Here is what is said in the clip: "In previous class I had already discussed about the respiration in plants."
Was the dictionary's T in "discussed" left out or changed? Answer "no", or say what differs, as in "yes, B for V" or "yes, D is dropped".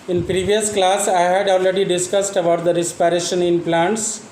no